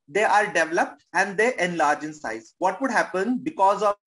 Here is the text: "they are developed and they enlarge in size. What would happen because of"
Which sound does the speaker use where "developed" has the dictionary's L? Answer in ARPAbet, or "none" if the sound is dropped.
L